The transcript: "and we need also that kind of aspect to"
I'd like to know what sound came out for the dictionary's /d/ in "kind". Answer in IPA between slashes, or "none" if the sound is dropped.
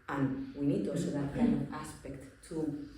none